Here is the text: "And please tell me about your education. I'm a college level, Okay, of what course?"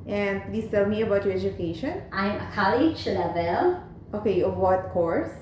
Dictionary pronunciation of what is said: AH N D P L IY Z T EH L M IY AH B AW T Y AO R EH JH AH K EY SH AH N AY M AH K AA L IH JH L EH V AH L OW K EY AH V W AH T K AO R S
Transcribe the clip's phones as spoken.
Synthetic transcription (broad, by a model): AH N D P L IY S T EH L M IY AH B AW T Y AO R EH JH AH K EY SH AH N AY M AH K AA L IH SH L EH V AH L OW K EY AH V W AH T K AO R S